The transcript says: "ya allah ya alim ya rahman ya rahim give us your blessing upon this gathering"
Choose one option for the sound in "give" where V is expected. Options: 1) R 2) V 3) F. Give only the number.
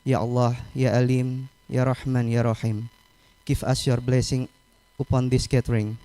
3